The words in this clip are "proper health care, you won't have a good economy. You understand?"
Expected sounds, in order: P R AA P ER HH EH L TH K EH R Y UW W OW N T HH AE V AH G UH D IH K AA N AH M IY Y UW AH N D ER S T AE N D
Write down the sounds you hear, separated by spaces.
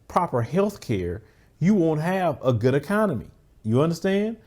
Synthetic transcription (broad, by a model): P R AA P ER HH EH L TH K EH R Y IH W OW N T HH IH V AH G UH D IH K AA N AH M IY Y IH AH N D ER S T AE N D